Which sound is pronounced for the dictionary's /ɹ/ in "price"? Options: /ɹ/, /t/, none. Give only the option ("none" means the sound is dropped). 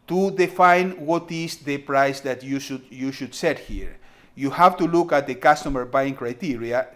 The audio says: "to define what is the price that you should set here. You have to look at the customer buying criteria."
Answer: /ɹ/